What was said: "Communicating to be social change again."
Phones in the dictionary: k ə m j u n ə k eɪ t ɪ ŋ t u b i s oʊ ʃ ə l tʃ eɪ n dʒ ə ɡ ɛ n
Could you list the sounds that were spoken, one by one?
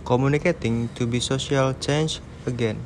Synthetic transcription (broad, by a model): k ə m u n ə k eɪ t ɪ ŋ t u b i s oʊ s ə l tʃ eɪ n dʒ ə ɡ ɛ n